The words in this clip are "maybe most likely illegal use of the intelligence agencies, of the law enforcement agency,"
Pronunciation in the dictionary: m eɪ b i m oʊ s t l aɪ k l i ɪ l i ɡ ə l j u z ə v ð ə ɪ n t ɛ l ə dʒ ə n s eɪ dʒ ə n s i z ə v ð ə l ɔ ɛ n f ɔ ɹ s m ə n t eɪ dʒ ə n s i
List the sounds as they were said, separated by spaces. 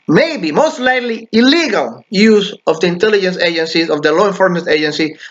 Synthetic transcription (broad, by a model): m eɪ b i m oʊ s t l aɪ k l i ɪ l i ɡ ə l j u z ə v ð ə ɪ n t ɛ l ə dʒ ə n s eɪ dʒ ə n s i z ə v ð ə l ɔ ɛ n f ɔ ɹ m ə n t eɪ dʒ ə n s i